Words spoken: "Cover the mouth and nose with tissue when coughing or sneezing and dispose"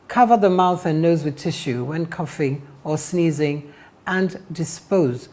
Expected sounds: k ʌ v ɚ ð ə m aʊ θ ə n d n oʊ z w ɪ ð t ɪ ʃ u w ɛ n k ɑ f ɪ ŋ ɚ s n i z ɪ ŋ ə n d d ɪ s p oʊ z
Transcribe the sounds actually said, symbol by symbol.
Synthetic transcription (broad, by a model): k ʌ v ɚ ð ə m aʊ θ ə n n oʊ z w ɪ ð t ɪ ʃ u w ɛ n k ɑ f ɪ ŋ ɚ s n i z ɪ ŋ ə n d d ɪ s p oʊ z